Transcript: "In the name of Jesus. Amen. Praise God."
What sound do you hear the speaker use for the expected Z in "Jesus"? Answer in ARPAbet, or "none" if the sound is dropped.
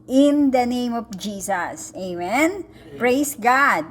S